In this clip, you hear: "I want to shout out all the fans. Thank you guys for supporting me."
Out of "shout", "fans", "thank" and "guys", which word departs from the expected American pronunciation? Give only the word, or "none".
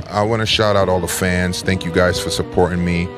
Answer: none